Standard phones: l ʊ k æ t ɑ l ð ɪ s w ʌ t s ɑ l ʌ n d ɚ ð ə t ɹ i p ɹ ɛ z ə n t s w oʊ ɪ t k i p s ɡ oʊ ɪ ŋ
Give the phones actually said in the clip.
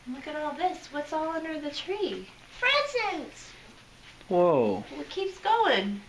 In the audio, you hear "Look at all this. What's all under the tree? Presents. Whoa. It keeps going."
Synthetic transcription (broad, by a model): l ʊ k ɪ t ɑ l ð ɪ s w ʌ t s ɑ l ʌ n d ɚ ð ə t ɹ i f ɹ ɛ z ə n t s w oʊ ɪ t k i p s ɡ oʊ ɪ ŋ